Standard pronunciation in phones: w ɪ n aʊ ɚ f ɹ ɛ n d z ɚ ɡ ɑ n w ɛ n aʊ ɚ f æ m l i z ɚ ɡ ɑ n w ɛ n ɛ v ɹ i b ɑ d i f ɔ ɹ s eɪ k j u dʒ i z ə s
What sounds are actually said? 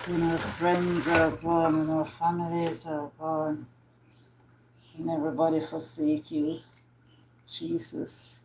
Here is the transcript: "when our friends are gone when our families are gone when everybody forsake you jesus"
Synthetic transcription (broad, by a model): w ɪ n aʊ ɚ f ɹ ɛ n d z ɚ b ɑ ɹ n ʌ n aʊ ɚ f æ m l i z ɚ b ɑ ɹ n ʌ n ɛ v ɹ i b ɑ d i f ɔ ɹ s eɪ k j u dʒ i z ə s